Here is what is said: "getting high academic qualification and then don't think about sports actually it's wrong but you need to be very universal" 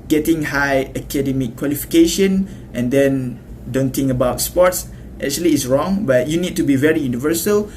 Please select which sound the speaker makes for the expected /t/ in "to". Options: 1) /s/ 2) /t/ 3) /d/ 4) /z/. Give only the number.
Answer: 2